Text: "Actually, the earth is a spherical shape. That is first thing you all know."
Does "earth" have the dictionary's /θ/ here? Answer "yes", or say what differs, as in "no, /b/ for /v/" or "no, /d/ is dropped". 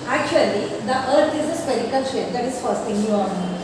no, /t/ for /θ/